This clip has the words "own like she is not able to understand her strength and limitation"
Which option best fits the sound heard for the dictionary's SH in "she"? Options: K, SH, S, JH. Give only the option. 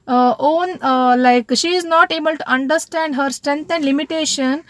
SH